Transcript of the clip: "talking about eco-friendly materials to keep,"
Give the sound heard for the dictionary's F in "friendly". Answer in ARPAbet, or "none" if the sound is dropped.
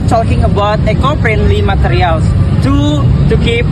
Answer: P